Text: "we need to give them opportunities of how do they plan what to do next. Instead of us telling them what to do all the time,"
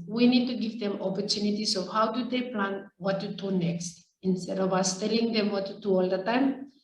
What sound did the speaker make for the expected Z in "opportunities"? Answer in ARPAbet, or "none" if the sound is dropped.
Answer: S